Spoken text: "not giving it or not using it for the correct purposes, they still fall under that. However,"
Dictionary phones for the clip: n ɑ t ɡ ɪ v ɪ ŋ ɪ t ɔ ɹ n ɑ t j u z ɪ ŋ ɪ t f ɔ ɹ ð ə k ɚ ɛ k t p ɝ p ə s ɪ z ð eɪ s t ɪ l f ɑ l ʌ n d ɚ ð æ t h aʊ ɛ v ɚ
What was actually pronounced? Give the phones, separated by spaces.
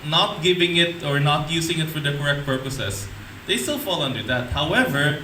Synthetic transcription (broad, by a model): n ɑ t ɡ ɪ v ɪ ŋ ɪ t ɔ ɹ n ɑ t j u s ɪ ŋ ɪ t f ɔ ɹ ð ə k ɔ ɛ k t p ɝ p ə s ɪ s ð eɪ s t ɪ l f ɑ l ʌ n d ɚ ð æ t h aʊ ɛ v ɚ